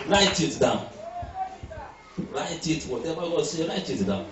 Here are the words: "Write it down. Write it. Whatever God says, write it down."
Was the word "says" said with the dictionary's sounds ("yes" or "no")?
no